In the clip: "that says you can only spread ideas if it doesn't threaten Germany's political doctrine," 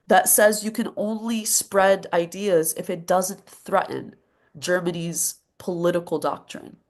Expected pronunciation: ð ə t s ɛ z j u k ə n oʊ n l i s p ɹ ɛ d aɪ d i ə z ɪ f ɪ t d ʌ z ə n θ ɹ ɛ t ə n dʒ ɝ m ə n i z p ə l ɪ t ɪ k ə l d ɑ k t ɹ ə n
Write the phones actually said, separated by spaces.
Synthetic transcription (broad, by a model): ð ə t s ɛ z j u k ə n oʊ n l i s p ɹ ɛ d aɪ d i ə z ɪ f ɪ t d ʌ z ə n θ ɹ ɛ t n dʒ ɝ m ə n i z p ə l ɪ t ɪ k l d ɑ k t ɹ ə n